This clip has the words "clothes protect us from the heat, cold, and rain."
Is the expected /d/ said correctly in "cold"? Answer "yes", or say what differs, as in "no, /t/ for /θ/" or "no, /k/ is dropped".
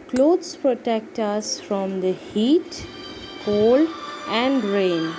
no, /d/ is dropped